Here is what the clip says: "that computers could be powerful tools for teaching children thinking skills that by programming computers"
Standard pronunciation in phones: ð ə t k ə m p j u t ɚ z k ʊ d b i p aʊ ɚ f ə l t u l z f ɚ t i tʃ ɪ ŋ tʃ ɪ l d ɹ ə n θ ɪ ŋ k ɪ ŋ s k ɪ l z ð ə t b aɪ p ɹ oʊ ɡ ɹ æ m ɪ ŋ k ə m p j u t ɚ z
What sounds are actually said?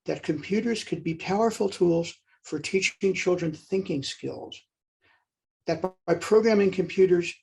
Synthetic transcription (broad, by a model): ð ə t k ə m p j u t ɚ z k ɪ d b i p aʊ ɚ f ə l t u l z f ɚ t i tʃ ɪ ŋ tʃ ɪ l d ɹ ə n θ ɪ ŋ k ɪ ŋ s k ɪ l z ð ə t b aɪ p ɹ oʊ ɡ ɹ æ m ɪ ŋ k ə m p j u t ɚ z